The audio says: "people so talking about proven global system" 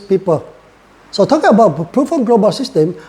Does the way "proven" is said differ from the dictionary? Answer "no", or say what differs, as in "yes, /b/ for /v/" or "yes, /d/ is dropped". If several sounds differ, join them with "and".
yes, /f/ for /v/